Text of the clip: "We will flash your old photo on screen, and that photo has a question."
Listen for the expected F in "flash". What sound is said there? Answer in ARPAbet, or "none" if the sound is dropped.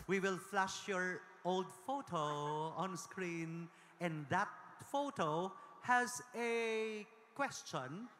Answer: F